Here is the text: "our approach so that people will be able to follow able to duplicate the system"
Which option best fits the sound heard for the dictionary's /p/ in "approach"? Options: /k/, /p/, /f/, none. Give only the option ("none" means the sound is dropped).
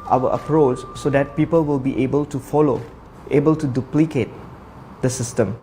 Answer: /p/